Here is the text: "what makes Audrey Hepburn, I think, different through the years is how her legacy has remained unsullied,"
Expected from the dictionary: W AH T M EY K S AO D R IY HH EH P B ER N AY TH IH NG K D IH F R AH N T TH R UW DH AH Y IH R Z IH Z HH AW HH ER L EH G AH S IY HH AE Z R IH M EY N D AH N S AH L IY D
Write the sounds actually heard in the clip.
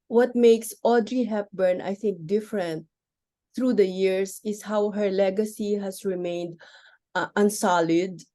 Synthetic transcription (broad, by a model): W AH T M EY K S AO D R IY HH EH P B ER N AY TH IH NG K D IH F R AH N T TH R UW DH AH Y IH R S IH S HH AW HH ER L EH G AH S IY HH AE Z R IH M EY N D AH N S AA L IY D